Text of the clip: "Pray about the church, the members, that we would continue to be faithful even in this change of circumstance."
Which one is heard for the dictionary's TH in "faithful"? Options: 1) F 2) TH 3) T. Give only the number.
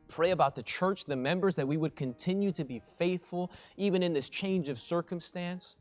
2